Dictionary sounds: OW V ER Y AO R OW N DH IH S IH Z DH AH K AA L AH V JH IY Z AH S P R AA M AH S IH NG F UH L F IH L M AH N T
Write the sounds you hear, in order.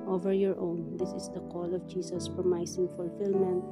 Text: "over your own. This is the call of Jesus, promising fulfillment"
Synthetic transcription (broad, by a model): OW V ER Y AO R OW N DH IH S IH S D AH K AA L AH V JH IY S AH S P R M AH S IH NG F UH L F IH L M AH N T